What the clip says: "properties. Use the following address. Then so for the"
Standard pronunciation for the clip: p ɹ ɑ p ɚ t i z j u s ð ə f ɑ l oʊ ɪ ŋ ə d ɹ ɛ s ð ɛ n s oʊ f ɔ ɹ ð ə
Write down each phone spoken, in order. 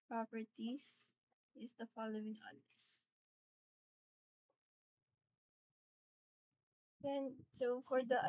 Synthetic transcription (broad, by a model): p ɹ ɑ p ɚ t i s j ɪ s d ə f ɑ l oʊ ɪ ŋ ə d ɛ s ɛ n s oʊ f ɔ ɹ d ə